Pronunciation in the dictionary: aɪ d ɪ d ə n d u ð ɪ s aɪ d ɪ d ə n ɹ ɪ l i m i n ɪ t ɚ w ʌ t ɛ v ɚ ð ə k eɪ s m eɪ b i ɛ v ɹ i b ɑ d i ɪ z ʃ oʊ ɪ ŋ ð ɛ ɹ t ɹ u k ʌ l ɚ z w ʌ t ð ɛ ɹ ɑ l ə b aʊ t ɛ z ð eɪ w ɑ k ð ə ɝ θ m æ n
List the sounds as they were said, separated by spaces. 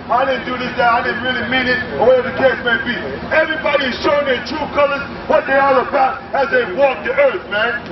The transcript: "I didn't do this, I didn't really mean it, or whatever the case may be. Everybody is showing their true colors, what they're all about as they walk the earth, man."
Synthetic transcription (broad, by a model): aɪ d ɪ d n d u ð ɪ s aɪ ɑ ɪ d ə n ɹ ɪ l i m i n ɪ t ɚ w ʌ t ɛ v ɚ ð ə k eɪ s m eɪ b i ɛ v ɹ i b ɑ d i ɪ z ʃ oʊ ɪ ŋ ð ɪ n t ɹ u k ʌ l ɚ z w ʌ t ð ɛ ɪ ɑ l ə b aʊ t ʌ z ð eɪ w ɑ k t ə ɝ θ m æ n